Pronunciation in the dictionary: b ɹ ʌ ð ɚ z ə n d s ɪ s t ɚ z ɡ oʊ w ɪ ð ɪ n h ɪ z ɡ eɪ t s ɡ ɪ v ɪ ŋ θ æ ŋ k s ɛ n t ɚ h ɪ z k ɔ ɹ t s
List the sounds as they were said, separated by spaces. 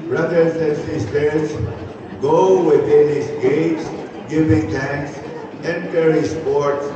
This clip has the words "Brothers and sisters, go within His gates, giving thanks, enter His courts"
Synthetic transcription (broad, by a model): b ɹ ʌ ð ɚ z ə n s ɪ s t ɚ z ɡ oʊ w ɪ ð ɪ n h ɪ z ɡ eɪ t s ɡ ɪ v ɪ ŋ t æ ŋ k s ɛ n t ɚ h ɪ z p ɔ ɹ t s